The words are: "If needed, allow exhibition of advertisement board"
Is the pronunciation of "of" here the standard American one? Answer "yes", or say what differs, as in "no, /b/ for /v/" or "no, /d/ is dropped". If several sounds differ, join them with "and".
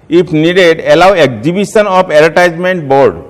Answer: no, /p/ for /v/